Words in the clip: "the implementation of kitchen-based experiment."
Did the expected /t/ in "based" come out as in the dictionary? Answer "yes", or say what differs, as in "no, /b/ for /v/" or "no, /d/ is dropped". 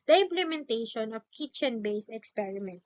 no, /t/ is dropped